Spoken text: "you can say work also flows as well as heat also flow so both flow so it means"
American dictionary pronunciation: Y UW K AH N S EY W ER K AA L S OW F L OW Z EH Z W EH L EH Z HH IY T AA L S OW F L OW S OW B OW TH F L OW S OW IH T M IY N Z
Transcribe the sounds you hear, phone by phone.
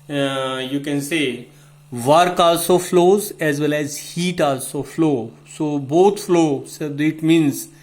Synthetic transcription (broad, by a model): Y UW K AH N S EY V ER K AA S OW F L OW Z EH Z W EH L EH Z HH IY T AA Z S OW F L OW S OW B OW T F L OW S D IH T M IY N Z